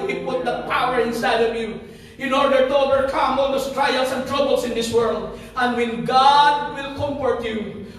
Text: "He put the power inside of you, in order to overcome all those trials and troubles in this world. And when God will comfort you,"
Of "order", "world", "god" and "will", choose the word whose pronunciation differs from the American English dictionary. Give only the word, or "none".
none